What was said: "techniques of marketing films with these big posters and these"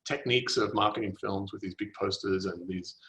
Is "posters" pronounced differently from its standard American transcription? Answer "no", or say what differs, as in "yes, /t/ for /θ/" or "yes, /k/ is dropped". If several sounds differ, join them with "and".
no